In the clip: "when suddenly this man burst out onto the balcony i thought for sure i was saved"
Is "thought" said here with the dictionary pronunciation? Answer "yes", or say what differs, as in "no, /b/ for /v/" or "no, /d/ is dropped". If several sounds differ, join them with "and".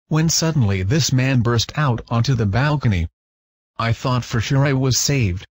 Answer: yes